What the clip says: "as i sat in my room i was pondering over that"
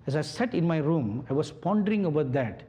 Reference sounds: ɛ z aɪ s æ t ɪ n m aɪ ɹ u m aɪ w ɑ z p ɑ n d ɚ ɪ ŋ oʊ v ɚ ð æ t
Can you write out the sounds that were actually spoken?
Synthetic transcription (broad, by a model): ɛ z aɪ s æ t ɪ n m aɪ ɹ u m aɪ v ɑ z p ɑ n d ɚ ɪ ŋ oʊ b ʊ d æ t